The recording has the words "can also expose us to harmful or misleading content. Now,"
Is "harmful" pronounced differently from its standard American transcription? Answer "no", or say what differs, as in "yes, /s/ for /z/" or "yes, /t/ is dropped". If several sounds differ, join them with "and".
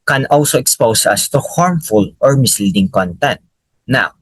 no